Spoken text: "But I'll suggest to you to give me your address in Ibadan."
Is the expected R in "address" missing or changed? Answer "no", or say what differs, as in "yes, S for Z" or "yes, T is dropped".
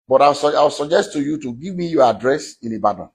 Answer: no